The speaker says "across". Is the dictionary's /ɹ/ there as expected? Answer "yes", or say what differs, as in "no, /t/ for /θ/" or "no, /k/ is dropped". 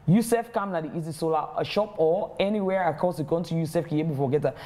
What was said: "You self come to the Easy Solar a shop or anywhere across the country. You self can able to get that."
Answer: no, /ɹ/ is dropped